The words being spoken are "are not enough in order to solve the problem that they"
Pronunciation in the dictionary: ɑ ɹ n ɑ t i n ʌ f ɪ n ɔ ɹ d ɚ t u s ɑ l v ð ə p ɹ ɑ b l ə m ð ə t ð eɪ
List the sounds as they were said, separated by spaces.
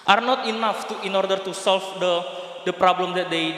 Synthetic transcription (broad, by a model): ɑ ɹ n ɑ t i n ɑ f ɪ n ɔ ɹ d ɚ t u s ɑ l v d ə p ɹ ɑ b l ə m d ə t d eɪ